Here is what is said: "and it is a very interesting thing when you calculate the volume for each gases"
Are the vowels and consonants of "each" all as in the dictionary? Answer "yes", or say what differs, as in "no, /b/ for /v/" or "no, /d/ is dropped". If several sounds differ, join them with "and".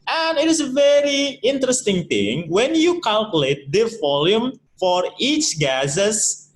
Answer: yes